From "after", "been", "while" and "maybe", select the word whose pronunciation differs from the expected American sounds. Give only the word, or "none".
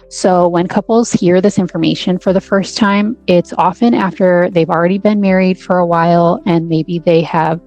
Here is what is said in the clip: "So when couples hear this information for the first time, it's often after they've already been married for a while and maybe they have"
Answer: none